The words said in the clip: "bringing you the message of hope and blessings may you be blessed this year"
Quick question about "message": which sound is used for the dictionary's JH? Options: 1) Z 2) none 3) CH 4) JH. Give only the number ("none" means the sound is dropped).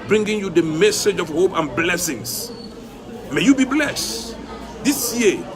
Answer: 4